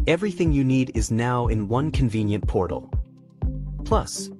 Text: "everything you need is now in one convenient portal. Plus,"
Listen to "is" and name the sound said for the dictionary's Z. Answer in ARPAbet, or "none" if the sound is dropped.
Z